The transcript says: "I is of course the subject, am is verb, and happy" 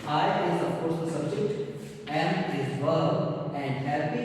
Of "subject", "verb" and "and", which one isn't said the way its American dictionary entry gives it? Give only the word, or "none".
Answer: verb